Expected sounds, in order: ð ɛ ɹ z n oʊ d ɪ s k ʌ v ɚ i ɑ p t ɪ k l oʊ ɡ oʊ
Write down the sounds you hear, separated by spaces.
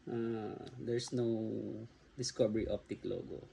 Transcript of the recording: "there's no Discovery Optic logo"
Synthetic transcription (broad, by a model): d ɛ ɹ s n oʊ d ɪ s k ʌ b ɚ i ɑ p t ɪ k l oʊ ɡ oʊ